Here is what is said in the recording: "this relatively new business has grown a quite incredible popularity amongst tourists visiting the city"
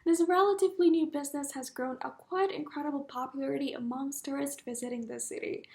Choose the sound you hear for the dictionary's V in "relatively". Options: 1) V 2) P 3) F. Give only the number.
1